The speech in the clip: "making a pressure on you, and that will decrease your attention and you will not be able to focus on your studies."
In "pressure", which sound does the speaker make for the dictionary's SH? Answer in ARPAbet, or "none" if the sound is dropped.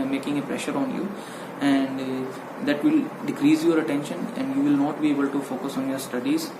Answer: SH